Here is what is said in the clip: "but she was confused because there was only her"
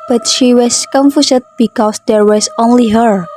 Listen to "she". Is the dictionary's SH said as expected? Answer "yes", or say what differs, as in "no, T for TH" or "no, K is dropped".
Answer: yes